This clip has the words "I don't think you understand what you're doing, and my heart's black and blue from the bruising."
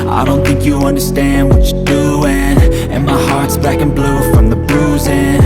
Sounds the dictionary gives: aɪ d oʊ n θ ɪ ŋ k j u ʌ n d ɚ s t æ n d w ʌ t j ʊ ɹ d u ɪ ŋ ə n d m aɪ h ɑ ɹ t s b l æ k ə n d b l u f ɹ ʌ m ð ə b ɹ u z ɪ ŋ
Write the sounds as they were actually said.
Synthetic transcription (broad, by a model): aɪ d oʊ n θ ɪ ŋ k j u ʌ n d ɚ s t æ n d w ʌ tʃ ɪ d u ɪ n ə n m aɪ h ɑ ɹ t s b æ k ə n b l u f ɹ ʌ m ð ə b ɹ u z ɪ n